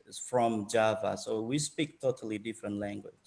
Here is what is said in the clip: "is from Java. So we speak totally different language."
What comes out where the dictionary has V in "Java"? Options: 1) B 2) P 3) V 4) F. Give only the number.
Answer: 3